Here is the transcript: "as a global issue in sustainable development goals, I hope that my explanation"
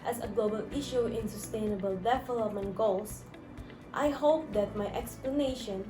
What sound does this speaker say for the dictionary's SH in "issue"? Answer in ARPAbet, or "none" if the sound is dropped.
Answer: SH